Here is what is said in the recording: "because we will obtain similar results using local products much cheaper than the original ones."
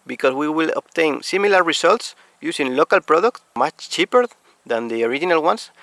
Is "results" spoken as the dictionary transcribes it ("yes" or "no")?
no